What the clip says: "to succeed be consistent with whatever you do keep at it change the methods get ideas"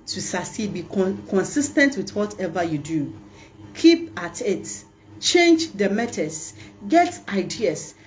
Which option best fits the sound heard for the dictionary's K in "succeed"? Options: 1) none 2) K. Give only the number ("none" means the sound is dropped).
1